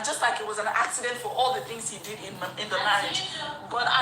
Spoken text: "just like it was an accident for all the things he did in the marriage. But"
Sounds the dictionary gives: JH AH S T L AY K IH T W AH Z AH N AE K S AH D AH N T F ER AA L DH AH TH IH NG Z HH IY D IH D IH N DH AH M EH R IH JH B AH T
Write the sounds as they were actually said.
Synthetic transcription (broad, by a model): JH AH S T L AY K IH T W AH Z AH N AE K S AH D AH N T F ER AA L DH AH TH IH NG Z HH IY D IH D IH N DH AH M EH IH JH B AH T